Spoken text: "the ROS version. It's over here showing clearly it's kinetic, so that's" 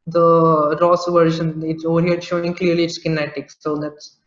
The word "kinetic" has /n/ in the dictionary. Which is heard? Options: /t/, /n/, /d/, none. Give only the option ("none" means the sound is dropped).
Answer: /n/